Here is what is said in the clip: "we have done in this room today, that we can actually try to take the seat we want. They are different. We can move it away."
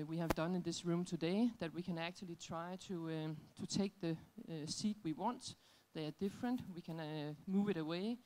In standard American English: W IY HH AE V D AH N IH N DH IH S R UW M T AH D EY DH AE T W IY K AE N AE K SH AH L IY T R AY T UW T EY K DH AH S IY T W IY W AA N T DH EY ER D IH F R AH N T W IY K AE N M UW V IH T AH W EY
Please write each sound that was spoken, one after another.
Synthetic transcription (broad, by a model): W IY HH AE V D AH N IH N DH IH S R UW M T AH D EY DH AE T W IY K AE N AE K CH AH L IY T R AY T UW T EY K DH AH S IY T W IY W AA N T DH EY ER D IH F R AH N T W IY K AE N M UW V IH T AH W EY